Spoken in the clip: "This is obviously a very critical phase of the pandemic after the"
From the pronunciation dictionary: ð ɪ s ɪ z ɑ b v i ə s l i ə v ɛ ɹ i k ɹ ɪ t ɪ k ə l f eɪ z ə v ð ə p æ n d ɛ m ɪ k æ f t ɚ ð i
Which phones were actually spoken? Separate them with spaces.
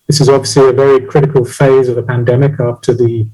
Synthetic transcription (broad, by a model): ð ɪ s ɪ z ɑ b v i ə s l i ə v ɛ ɹ i k ɹ ɪ t ɪ k ə l f eɪ z ə v ð ə p æ n d ɛ m ɪ k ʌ p t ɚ ð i